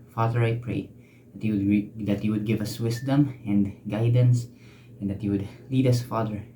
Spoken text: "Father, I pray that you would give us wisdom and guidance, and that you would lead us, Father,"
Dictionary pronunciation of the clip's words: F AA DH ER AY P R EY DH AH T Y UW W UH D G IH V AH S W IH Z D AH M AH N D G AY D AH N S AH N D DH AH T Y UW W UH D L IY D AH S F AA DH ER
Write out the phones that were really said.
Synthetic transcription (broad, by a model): F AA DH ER AY P R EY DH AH T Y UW W UH D G IH V AH S W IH S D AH M AH N D G AY D AH N S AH N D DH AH T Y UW W UH D L IY D AH S F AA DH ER